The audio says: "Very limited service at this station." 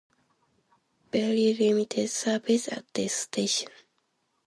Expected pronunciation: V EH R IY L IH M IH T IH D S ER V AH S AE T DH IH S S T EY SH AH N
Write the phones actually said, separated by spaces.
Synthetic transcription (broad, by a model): B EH L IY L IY M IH T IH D S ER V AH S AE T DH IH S S T EY SH AH N